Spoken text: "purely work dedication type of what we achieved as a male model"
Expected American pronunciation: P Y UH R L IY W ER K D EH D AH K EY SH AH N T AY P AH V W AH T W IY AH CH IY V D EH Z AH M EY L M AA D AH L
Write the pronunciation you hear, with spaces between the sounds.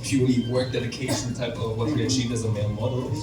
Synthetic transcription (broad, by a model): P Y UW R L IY W ER K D EH D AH K EY SH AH N T AY P AH V W AH T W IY AH CH IY V D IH Z AH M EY N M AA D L